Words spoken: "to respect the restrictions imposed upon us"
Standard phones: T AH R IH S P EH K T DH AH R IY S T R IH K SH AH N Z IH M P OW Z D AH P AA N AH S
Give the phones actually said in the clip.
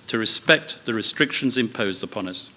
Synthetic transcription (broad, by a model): T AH R IH S P EH K T DH AH R IY S T R IH K SH AH N Z IH M P OW Z D AH P AA N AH S